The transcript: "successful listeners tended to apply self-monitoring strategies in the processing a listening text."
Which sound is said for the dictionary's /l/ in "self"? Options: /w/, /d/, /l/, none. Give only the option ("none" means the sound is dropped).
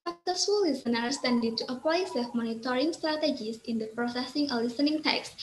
none